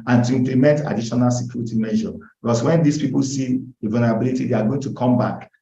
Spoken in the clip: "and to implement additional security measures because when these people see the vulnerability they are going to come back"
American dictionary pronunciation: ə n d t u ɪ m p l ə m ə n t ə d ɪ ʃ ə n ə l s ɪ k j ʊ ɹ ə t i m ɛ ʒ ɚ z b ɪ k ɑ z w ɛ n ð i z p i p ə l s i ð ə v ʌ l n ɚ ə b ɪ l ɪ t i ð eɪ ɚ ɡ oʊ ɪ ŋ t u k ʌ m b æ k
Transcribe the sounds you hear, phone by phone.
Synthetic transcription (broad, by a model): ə n t u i m p l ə m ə n t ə d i ʃ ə n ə l s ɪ k j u ɹ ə t i m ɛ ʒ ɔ b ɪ k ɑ s w ɛ n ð i s p i p ə l s i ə v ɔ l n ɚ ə b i l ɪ t i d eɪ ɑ ɡ oʊ ɪ ŋ t u k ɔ m b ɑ k